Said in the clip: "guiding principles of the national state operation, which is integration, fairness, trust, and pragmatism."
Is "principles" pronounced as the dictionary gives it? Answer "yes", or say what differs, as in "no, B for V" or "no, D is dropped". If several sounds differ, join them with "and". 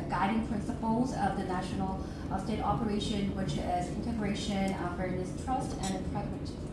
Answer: yes